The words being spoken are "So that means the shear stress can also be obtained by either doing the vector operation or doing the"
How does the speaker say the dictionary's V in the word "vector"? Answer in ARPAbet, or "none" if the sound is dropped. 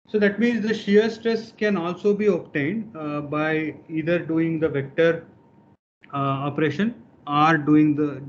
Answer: V